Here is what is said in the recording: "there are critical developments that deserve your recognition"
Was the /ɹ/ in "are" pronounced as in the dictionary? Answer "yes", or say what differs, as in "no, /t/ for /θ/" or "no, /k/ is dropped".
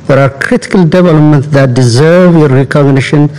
yes